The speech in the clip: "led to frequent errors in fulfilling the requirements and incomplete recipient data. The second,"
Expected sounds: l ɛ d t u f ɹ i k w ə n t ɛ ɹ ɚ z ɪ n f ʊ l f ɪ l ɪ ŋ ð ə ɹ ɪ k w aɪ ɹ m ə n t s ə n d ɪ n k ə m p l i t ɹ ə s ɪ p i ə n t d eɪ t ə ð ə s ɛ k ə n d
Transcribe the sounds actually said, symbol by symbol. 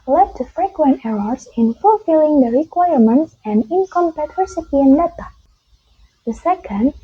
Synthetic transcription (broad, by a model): l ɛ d t u f ɹ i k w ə n t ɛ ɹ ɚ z ɪ n f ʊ l f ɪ l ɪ ŋ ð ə ɹ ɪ k w aɪ ɹ m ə n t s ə n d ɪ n k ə m p ɛ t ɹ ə s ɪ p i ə n d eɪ t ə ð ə s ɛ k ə n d